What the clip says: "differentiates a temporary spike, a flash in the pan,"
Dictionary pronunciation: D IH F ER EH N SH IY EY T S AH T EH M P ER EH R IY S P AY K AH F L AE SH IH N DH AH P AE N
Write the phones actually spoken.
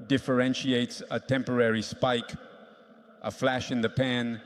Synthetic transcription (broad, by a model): D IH F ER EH N SH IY EY T S AH T EH M P ER EH R IY S P AY K AH F L AE SH IH N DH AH P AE N